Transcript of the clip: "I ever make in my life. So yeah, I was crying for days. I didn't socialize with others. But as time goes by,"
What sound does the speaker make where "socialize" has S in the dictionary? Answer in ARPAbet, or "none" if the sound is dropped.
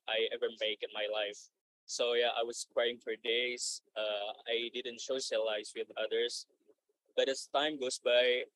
SH